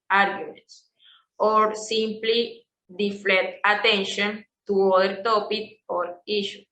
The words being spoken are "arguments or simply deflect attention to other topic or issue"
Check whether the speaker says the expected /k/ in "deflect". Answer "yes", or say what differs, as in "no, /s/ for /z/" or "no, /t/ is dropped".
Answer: no, /k/ is dropped